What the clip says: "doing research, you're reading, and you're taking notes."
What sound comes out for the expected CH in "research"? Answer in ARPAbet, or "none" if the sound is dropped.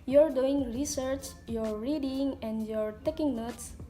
CH